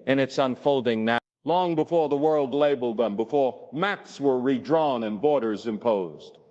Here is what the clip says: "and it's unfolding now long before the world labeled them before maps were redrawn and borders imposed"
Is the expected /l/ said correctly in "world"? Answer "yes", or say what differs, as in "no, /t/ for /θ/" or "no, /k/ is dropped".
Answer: yes